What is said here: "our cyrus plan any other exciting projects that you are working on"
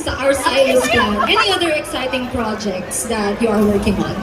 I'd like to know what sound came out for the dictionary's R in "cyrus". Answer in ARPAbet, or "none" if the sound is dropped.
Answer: none